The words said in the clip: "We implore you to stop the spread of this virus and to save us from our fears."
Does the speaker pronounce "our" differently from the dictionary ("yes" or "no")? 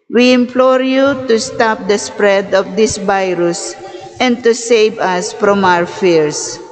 yes